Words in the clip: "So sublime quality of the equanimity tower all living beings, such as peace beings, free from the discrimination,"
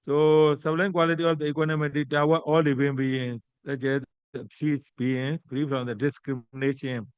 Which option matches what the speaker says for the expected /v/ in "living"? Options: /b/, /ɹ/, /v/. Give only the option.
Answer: /b/